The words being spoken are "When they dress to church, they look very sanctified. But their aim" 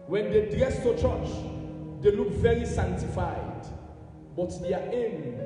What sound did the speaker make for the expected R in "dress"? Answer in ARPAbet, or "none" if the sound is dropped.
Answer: none